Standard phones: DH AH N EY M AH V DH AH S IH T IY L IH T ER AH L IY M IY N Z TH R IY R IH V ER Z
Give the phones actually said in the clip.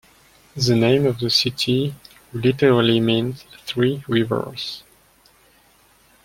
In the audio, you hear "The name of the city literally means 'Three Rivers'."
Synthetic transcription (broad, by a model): DH AH N EY M AH V DH AH S IH T IY L IH T ER AH L IY M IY N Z TH R IY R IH V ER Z